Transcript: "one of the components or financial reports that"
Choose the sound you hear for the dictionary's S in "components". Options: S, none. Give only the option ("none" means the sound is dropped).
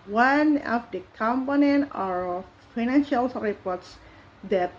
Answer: none